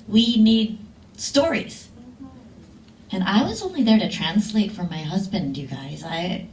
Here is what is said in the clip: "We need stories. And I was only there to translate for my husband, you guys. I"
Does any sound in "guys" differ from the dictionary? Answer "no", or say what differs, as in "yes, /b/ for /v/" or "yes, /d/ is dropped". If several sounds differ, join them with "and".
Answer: no